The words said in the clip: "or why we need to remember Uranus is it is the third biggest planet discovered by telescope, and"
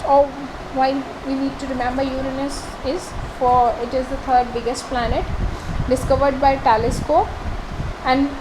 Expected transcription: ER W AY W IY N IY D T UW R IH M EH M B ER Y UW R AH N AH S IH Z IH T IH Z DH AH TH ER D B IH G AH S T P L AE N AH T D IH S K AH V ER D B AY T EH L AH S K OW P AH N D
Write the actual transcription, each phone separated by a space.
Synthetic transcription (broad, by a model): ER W AY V IY N IY D T UW R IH M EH M B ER Y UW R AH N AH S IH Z IH T IH Z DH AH T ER D B IH G AH S T P L AE N AH T D IH S K AH V ER D B AY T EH L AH S K OW AH N D